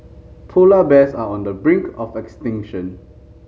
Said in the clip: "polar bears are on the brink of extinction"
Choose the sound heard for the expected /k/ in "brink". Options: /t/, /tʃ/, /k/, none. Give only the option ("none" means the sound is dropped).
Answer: /k/